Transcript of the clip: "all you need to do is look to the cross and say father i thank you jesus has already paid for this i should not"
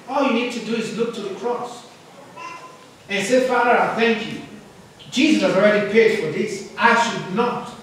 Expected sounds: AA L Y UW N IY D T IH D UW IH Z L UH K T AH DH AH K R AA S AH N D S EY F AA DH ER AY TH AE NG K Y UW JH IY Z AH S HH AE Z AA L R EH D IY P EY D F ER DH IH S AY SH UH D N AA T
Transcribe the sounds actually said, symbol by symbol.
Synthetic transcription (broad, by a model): AA L Y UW N IY D T IH D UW IH Z L UH K T AH DH AH K R AA S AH N S EY F AA DH ER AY TH AE NG K Y UW JH IY Z AH S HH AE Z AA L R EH D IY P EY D F ER DH IH S AY SH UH D N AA T